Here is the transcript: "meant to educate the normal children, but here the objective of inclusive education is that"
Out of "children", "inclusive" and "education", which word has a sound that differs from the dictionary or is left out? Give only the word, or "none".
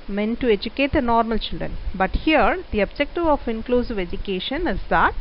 none